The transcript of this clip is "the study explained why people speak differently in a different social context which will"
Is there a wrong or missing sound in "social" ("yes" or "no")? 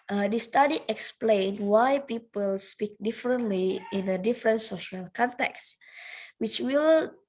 no